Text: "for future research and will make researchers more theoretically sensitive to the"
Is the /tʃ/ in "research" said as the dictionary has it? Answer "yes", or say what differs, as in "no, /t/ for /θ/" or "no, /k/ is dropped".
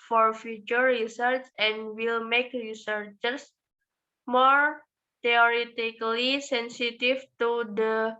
no, /s/ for /tʃ/